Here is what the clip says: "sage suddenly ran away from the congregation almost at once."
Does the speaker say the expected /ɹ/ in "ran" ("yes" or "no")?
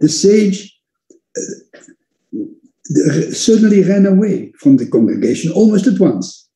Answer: yes